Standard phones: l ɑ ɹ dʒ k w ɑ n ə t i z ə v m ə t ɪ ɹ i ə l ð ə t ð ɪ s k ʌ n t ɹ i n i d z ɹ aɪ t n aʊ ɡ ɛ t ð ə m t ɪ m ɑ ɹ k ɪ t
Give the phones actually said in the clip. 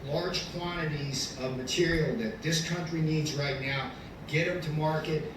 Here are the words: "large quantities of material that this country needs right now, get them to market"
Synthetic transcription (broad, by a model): l ɑ ɹ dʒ k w ɑ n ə t i z ə v m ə t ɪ ɹ i l ð ə t ð ɪ s k ʌ n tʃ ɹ i n i d z ɹ aɪ t n aʊ ɡ ɛ t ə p t ɪ m ɑ ɹ k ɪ t